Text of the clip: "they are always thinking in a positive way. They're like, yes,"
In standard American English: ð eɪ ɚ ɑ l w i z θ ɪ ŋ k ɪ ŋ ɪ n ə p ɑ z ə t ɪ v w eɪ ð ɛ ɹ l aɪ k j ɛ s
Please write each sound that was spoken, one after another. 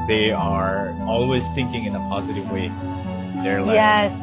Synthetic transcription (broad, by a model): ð eɪ ɚ ɑ l w i z θ ɪ ŋ k ɪ ŋ ɪ n ə p ɑ z ə t ɪ v w eɪ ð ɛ ɹ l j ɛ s